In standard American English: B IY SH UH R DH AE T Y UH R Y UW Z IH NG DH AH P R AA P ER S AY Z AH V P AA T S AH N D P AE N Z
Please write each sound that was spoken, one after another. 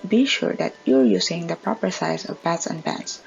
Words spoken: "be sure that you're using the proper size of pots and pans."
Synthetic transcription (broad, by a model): B IY SH UH R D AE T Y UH R Y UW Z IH NG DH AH P R AA P ER S AY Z AH V B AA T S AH N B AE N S